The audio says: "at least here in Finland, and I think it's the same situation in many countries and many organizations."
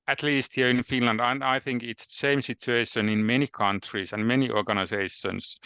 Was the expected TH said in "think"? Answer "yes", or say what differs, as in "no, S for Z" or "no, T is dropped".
yes